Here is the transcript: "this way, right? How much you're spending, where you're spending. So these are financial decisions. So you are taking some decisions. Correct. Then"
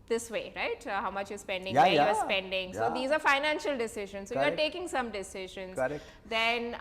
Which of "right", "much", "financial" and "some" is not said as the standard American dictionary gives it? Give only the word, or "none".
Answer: none